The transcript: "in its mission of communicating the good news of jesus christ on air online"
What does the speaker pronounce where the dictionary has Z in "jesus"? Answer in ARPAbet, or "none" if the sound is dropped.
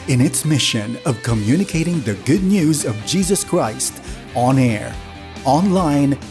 Z